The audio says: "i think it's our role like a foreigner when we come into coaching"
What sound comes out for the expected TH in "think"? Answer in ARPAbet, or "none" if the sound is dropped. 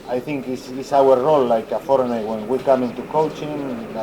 TH